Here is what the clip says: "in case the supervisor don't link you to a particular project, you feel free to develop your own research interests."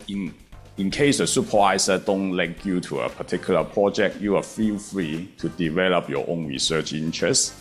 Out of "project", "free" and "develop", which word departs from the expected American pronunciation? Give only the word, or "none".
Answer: none